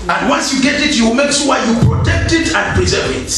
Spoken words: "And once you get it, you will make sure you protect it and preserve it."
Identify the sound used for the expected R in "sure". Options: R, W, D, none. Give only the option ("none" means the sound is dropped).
W